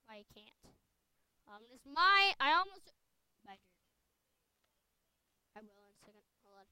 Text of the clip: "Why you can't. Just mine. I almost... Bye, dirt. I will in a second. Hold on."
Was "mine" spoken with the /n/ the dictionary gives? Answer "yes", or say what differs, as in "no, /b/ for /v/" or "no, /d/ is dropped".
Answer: no, /n/ is dropped